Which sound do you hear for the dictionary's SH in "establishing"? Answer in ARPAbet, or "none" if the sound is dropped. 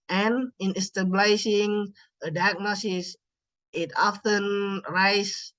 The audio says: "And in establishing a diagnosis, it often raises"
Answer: S